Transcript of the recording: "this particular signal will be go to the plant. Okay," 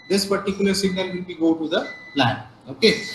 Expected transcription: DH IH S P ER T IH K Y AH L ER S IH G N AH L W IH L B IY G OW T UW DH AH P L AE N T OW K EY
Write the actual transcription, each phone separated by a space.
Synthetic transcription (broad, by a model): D IH S P ER T IH K Y AH L ER S IH G N AH L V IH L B IY G OW T UW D AH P L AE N OW K EY